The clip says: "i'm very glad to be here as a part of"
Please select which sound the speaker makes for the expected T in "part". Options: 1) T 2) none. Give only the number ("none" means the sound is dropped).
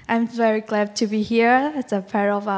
2